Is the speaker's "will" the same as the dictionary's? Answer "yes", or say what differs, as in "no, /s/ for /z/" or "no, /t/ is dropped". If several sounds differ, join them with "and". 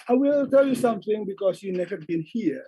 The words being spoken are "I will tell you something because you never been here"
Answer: yes